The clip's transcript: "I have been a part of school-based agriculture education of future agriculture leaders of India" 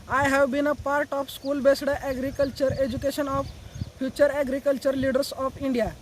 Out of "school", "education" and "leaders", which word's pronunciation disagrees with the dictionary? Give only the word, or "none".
leaders